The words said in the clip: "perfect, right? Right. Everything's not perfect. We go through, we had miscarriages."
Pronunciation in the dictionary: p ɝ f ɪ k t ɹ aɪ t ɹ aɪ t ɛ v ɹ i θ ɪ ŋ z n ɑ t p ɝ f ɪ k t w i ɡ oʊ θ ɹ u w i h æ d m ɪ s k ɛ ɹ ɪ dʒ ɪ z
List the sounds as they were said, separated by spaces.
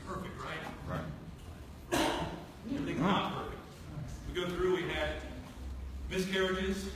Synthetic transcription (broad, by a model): p ɝ f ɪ k t ɹ aɪ t ɹ aɪ t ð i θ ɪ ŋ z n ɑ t p ɝ f ɪ k t w i ɡ oʊ θ ɹ u w i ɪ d m ɪ s k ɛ ɹ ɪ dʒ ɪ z